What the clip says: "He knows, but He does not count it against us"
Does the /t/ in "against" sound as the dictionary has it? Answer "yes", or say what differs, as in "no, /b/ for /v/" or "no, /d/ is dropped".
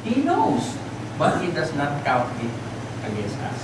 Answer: yes